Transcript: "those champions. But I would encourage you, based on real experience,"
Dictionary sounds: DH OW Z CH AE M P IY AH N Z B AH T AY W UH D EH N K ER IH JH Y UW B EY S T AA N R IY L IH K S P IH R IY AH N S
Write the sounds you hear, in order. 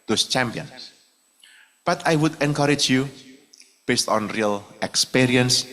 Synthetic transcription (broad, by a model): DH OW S CH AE M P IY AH N S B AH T AY W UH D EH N K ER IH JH Y UW B EY S T AA N R IY L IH K S P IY R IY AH N S